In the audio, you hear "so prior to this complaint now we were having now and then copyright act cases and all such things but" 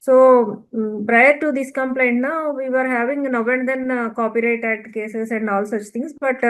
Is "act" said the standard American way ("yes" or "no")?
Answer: no